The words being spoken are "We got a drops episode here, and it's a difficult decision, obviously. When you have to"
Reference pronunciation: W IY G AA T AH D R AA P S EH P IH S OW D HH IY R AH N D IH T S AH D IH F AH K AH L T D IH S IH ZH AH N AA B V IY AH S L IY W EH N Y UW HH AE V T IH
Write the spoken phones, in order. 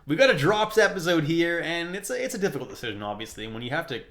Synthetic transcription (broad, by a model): W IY G AA T AH D R AA P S EH P IH S OW D HH IY R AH N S IH T S AH D IH F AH K L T D IH S IH ZH AH N AA B V IY AH S L IY W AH N Y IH HH AE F T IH